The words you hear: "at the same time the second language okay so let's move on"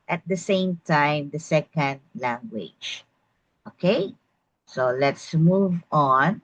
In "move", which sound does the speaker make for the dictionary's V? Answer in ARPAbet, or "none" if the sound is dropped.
V